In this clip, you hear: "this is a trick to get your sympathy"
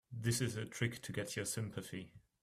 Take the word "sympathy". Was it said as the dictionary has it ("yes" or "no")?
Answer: yes